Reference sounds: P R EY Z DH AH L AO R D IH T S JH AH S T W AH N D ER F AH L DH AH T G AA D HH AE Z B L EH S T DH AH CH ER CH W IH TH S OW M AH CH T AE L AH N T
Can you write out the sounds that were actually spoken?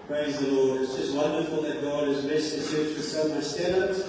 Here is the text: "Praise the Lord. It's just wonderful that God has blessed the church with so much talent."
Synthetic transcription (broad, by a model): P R EY Z DH AH L AO R D IH T S JH AH S T W AH N D ER F AH L DH AH T G AA D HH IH Z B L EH S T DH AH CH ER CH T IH S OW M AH S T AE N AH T